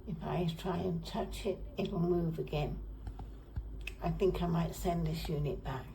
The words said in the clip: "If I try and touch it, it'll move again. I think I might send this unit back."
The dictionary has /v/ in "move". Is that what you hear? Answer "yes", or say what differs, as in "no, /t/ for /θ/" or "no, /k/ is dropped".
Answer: yes